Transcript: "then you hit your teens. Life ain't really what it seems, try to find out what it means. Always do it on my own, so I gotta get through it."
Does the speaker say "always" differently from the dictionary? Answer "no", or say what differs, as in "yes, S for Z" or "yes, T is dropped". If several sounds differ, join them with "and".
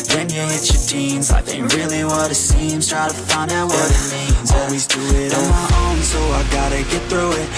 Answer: no